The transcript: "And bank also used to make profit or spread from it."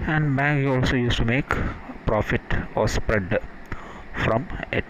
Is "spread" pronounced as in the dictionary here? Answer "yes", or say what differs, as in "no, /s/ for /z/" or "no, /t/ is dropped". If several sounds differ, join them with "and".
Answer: yes